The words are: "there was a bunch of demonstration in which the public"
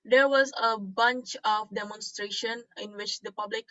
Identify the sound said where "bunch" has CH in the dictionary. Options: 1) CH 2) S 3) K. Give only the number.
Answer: 1